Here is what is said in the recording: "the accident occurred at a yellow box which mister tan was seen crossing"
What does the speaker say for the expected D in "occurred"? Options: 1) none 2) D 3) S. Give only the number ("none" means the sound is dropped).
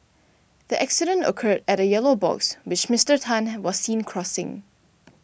2